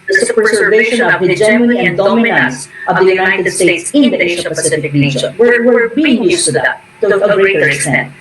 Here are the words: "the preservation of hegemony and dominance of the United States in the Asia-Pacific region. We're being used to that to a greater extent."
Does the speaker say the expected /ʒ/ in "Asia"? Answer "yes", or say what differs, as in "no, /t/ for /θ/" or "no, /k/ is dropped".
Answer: no, /ʃ/ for /ʒ/